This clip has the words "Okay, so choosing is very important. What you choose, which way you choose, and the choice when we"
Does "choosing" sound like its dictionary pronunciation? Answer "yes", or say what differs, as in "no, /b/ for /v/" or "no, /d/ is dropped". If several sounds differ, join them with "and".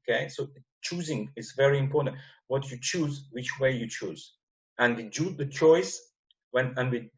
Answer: yes